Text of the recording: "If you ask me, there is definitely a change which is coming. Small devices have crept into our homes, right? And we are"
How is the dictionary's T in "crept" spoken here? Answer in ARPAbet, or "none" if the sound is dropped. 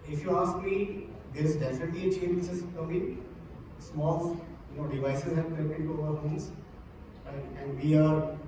none